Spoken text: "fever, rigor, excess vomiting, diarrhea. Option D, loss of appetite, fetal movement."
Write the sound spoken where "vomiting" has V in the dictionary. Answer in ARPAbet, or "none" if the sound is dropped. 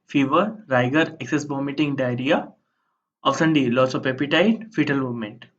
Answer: B